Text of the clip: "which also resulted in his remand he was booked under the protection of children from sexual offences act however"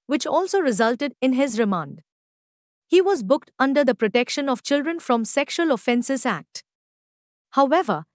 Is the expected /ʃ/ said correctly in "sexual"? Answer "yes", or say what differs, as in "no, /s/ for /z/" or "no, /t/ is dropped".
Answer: yes